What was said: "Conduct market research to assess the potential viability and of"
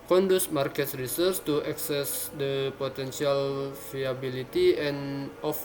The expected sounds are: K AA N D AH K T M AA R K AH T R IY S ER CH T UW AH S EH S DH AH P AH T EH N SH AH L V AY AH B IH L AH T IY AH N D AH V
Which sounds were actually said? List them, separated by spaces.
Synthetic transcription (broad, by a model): K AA N D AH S M AA R K AH T R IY S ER S T UW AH S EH S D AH P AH T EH N S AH L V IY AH B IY L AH T IY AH N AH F